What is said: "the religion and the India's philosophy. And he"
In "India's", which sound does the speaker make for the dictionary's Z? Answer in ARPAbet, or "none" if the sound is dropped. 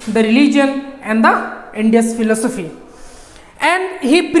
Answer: S